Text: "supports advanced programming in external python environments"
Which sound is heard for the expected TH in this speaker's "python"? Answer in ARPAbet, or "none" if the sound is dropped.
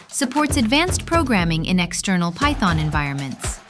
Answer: TH